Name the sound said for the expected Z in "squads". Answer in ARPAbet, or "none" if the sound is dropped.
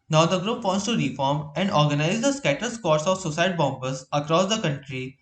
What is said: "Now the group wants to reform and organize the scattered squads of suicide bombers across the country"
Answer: S